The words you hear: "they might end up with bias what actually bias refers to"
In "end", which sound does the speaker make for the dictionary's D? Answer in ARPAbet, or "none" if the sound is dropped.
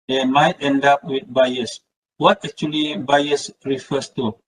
D